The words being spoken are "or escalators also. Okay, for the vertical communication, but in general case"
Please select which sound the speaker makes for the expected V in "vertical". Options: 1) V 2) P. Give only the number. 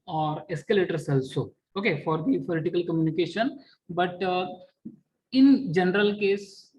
2